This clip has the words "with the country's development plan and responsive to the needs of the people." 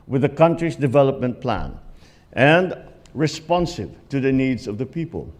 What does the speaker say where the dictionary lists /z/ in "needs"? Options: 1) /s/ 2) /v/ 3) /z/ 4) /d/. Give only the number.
3